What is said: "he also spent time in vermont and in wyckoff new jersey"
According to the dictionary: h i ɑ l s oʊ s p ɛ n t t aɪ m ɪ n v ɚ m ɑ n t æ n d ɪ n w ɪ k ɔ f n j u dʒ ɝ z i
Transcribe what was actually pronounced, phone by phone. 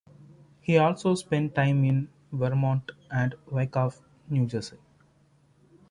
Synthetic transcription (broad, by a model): h i ɑ l s oʊ s p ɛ n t t aɪ m ɪ n v ɚ m ɑ n t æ n d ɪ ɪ k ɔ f n j u dʒ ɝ s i